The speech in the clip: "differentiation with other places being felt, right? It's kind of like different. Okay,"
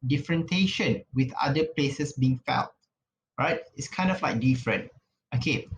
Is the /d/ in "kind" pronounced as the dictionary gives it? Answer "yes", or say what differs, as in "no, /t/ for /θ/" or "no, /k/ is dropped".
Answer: yes